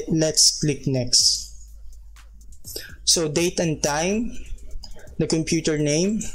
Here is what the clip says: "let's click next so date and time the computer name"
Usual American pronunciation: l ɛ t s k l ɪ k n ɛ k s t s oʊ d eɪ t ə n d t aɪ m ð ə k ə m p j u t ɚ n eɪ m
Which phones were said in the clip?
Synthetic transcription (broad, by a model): l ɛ t s k l ɪ k n ɛ k s t s oʊ d eɪ t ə n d t aɪ m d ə k ə m p j u t ɚ n eɪ m